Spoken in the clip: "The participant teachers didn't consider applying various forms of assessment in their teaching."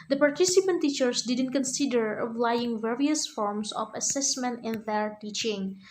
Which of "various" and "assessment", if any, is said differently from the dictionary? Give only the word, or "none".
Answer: none